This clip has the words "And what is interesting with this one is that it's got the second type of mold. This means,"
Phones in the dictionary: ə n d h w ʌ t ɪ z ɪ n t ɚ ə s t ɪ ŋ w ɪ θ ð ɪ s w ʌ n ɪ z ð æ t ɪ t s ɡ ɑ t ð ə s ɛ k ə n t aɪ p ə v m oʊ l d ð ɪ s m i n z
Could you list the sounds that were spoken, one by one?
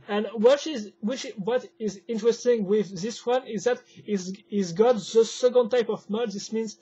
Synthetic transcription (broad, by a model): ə n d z w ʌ t ɪ z ɪ n t ɚ ə s t ɪ ŋ w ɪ ð ɪ s w ʌ n ɪ z ð æ t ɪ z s ɡ ɑ t ð ə s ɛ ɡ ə n t aɪ p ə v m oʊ d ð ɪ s m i n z